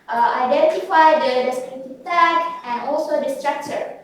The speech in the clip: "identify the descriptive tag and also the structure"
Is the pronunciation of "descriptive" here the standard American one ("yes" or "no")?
no